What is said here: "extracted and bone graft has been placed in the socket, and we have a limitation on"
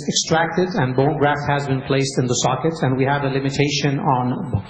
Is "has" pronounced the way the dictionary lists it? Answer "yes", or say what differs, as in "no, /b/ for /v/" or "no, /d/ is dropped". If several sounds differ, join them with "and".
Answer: yes